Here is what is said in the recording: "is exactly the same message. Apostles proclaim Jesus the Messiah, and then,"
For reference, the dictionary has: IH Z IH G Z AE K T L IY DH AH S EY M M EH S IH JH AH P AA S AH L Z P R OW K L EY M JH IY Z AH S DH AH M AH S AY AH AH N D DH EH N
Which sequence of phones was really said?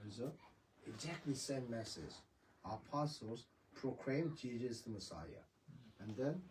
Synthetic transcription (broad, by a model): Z IH G Z AE K T L IY S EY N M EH S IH Z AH P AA S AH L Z P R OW K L EY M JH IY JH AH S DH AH M AH S AY AH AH N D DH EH N